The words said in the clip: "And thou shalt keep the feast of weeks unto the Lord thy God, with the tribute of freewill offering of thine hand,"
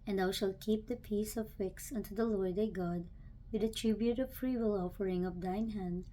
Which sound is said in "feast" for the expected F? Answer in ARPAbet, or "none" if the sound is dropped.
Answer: P